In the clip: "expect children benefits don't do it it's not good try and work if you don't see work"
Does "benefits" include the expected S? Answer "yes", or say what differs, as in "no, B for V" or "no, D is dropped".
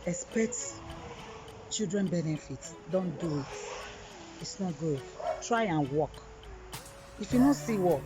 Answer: no, S is dropped